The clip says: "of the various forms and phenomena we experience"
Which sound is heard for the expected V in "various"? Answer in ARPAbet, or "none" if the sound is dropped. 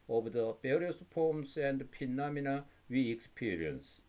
B